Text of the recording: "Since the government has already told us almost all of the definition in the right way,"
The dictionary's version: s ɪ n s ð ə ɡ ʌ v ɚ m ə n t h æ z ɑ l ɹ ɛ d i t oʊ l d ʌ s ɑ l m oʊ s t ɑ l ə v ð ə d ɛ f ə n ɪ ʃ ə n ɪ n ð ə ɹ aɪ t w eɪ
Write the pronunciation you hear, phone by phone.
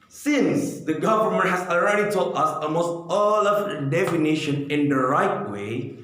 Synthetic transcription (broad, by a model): s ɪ n s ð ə ɡ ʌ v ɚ m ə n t h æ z ɑ l ɹ ɛ d i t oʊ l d ʌ s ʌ m oʊ s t ɑ l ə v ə d ɛ f ə n ɪ ʃ ə n ɪ n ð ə ɹ aɪ t w eɪ